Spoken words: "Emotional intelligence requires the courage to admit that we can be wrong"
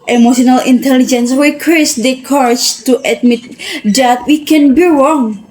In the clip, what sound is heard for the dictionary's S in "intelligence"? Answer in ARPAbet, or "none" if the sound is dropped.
S